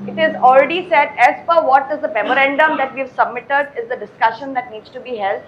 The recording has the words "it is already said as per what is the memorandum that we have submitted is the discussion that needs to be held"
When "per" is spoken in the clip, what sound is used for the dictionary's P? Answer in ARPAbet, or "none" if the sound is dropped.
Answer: F